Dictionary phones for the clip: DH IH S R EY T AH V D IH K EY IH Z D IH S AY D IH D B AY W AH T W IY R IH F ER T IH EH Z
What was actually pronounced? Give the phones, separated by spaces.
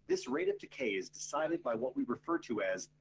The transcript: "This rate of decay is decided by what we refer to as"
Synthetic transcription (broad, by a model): DH IH S R EY T AH V D IH K EY IH Z D IH S AY D IH D B AY W AH T W IY R IH F ER T IH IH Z